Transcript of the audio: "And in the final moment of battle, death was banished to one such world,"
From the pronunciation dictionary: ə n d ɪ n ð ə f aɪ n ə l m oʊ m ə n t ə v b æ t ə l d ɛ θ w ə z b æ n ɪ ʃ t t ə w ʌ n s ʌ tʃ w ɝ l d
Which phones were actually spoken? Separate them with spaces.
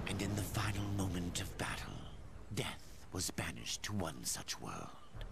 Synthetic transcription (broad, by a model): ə n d ɪ n ð ə f aɪ n l m oʊ m ə n t ə v b æ t l d ɛ θ w ə z b æ n ɪ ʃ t t ə w ʌ n s ʌ tʃ w ɝ l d